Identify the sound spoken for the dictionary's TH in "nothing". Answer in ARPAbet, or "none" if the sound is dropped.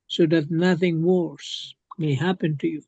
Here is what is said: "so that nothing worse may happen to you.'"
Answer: TH